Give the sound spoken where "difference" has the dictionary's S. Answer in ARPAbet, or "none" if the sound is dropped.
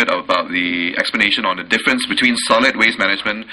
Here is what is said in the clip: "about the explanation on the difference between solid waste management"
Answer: S